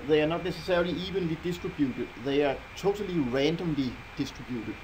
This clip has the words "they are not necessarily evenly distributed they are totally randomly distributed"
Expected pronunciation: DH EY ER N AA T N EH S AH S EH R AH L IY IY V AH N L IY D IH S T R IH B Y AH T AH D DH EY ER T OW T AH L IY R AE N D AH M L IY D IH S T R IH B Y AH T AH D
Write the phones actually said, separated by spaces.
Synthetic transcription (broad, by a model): DH EY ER N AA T N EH S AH S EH AH L IY IY V AH N L IY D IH S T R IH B Y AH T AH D DH EY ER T OW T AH L IY R AE N D AH M L IY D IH S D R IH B Y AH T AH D